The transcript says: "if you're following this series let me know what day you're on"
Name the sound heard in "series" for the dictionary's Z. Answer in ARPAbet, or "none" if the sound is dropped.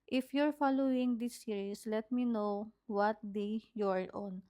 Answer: S